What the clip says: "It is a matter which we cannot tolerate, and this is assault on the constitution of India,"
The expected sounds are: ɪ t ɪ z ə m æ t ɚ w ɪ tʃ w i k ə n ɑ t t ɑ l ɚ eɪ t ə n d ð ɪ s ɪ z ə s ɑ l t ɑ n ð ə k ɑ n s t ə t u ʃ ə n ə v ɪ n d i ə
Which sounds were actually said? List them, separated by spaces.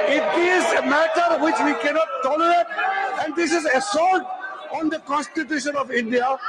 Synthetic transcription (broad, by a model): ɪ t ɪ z ə m æ t ɚ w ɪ tʃ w i k ə n ɑ t t ɑ l ɚ eɪ t ə n d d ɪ s ɪ z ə s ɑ t ɑ n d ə k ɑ n s t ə t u ʃ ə n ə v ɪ n d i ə